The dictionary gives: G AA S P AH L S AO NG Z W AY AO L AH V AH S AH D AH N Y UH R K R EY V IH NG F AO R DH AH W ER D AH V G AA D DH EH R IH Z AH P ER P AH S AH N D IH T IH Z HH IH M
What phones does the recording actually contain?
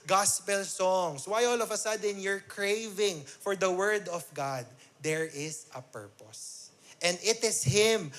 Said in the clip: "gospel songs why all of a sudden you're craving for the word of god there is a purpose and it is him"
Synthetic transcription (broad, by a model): G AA S P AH L S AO NG S W AY AO L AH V AH S AH D AH N Y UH R K R EY V IH NG F AO R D AH W ER D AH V G AA D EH R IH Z AH P ER P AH S AH N D IH T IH S HH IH M